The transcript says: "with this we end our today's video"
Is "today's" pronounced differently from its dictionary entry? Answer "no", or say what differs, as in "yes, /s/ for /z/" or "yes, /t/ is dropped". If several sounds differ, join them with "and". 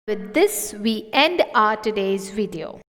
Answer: no